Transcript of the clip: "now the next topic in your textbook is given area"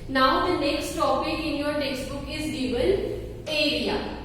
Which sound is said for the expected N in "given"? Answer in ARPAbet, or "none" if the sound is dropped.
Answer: L